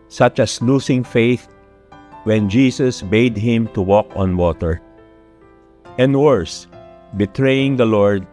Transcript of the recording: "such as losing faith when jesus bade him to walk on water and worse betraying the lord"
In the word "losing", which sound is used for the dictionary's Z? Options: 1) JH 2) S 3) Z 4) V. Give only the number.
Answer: 2